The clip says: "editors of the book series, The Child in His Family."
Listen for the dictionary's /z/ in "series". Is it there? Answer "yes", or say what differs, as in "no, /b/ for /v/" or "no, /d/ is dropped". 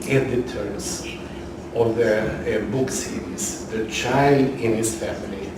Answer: no, /s/ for /z/